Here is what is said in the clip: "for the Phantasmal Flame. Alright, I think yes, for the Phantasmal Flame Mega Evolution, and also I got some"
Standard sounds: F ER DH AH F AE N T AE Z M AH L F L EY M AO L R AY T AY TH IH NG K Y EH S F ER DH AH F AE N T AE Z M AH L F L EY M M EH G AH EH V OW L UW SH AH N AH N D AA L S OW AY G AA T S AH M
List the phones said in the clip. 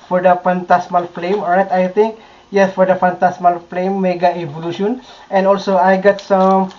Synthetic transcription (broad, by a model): F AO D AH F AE N T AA S M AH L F L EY M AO R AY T AY T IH NG K Y EH S F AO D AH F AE N T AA S M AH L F L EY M M EH G AH EH V OW L UW SH AH N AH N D AA L S OW AY G AA T S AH M